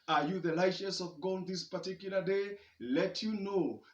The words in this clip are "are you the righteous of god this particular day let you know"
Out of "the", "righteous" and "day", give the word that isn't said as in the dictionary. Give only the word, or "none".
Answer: righteous